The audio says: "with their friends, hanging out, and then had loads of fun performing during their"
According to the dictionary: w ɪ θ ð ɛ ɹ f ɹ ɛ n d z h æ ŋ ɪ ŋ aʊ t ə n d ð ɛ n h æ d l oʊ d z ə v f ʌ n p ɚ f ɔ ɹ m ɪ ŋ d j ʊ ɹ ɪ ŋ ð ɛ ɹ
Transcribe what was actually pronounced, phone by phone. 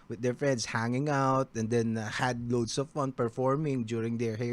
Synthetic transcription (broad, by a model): w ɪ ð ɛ ɹ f ɹ ɛ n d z h æ ŋ ɪ ŋ aʊ t ə n d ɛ n h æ d l oʊ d s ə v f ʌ n p ɚ f ɔ ɹ m ɪ ŋ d j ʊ ɹ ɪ ŋ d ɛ ɹ